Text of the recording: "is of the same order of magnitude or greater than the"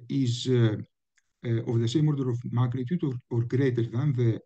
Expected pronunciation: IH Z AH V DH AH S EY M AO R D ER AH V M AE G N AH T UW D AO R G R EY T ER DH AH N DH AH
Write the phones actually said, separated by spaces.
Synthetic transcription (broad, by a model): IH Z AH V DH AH S EY M AO R D ER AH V M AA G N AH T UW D AO R G R EY T ER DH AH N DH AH